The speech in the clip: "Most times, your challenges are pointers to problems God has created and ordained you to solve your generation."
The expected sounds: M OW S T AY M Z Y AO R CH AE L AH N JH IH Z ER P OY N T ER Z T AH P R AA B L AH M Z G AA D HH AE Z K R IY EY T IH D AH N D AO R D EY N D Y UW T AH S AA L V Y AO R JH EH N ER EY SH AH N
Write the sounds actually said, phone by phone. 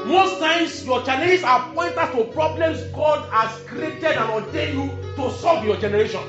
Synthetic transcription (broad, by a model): M OW S T AY M S Y AO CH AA N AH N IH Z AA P OY N T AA S T AH P R AA B L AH M S G AA D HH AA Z K R IY EY T IH D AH N AO D EY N Y UW T AH S AA L V Y AO JH EH N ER EY SH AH N